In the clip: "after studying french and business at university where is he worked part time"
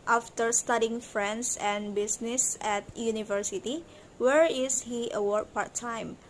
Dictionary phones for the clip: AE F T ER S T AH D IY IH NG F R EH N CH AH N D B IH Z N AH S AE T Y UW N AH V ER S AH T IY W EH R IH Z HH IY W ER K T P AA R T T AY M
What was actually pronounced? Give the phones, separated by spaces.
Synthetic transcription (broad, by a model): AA F T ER S T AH D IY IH NG F R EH N S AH N B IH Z N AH S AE T Y UW N AH V ER S AH T IY W EH R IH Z HH IY W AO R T P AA R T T AY M